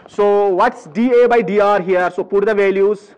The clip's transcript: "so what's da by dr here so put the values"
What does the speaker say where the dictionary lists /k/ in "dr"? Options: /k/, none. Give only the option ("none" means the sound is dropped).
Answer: none